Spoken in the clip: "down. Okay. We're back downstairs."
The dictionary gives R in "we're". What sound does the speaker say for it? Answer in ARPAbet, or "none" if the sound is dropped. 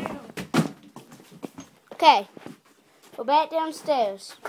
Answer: L